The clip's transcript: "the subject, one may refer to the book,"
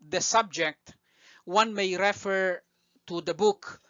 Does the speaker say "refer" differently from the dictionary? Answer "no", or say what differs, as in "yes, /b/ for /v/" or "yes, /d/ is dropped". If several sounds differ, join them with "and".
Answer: no